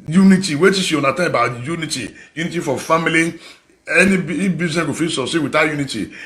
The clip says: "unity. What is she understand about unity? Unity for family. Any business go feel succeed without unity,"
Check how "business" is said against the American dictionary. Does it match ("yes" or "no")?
no